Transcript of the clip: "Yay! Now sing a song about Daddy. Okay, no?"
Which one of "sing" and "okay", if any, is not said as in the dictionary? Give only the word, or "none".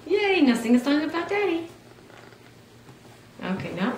sing